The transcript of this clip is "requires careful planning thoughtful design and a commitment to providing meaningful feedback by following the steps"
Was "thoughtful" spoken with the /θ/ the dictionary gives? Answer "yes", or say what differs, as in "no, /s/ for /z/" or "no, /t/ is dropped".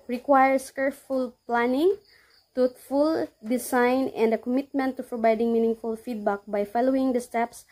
no, /t/ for /θ/